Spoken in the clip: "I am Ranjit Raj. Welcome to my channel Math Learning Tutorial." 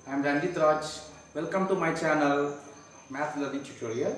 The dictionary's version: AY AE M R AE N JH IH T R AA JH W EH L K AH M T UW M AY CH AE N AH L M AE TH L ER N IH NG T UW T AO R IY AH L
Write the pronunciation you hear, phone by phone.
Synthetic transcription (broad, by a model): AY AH M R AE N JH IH T R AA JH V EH L K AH M T UW M AY CH AE N AH L M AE T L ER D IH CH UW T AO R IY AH